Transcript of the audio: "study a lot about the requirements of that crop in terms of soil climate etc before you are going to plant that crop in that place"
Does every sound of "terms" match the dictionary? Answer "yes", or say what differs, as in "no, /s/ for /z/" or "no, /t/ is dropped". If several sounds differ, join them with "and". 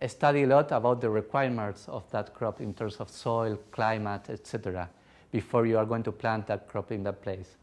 no, /s/ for /z/